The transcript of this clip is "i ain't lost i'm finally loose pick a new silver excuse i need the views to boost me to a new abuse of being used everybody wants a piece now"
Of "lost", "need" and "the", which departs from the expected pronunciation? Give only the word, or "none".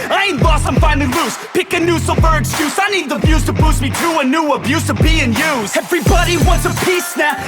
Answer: lost